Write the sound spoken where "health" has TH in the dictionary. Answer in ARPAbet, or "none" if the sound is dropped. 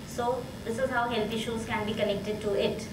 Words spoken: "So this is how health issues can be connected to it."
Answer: T